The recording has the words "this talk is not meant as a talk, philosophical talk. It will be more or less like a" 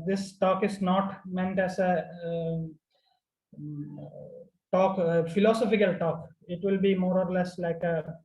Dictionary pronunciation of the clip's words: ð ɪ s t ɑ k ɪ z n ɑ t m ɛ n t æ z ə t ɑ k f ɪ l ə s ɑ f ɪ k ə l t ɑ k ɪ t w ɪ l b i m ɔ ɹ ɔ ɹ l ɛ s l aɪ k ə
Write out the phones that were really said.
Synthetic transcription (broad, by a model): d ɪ s t ɑ k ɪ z n ɑ t m ɛ n t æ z ə t ɑ k f ɪ l ə s ɑ f ɪ k ə l t ɑ k ɪ t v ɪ l b i m ɔ ɹ ɔ ɹ l ɛ s l aɪ k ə